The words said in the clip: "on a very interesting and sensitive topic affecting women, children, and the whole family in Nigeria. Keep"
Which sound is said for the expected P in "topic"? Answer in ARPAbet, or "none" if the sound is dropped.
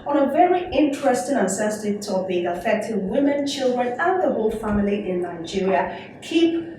B